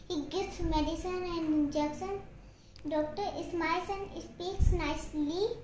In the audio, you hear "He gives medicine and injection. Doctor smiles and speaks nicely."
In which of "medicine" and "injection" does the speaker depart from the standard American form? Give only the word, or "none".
injection